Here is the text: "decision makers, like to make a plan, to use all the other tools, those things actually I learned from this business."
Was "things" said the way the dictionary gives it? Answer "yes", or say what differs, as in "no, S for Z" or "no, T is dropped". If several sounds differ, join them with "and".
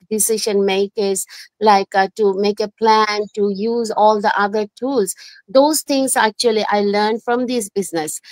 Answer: no, T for TH